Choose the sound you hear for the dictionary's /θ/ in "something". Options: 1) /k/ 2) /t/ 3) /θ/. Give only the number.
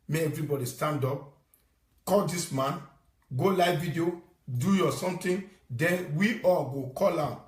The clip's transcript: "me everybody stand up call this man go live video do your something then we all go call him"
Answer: 2